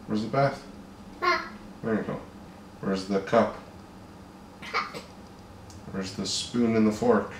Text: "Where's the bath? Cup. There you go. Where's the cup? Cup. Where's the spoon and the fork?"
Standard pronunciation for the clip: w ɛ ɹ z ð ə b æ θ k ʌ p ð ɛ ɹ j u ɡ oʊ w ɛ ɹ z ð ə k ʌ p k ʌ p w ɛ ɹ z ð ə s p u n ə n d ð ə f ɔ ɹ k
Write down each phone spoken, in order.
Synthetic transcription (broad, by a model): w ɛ ɹ z ð ə b æ θ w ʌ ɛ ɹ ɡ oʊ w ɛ ɹ z ð ə k ʌ p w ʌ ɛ ɹ z ð ə s p u n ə n ð ə f ɔ ɹ k